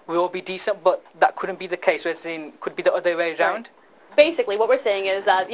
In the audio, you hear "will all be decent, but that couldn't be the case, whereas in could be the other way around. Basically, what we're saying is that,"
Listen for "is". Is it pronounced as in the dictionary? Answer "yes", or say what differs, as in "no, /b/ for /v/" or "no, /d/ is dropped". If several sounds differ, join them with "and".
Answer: yes